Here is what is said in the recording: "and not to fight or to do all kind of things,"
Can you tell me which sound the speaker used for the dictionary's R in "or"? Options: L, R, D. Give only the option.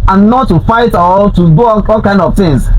L